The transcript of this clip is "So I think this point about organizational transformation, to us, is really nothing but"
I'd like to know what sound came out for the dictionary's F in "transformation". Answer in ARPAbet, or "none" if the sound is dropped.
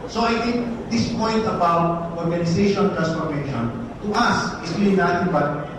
P